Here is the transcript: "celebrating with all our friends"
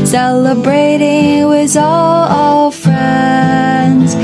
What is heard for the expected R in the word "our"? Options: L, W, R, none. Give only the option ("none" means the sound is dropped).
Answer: L